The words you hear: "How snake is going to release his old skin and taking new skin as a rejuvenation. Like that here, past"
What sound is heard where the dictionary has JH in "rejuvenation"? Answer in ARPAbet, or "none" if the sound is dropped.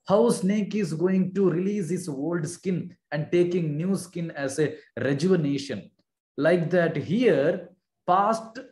JH